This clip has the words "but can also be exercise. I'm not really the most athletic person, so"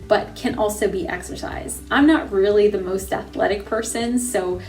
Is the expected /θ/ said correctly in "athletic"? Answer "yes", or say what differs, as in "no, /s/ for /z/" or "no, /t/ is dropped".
yes